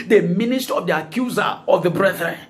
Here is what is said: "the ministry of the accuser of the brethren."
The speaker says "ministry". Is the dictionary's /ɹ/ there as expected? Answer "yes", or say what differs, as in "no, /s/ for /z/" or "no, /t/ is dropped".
no, /ɹ/ is dropped